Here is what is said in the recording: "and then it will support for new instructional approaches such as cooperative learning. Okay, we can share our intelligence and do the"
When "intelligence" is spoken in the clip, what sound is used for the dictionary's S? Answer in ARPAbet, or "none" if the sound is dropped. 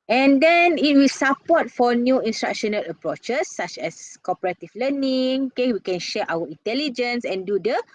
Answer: S